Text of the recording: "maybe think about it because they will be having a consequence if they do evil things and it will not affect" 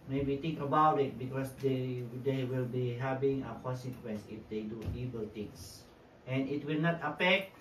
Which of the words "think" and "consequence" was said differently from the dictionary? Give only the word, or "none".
think